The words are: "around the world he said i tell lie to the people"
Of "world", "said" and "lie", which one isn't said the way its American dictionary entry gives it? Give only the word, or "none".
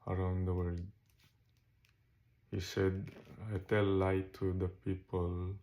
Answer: world